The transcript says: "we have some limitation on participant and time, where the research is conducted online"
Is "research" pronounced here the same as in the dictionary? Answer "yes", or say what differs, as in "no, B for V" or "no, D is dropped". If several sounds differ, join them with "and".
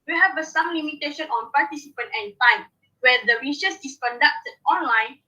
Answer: no, S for CH